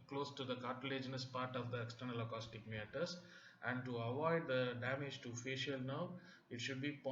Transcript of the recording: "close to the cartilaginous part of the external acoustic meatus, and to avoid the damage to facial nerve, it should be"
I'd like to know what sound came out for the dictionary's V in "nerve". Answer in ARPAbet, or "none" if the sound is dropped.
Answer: none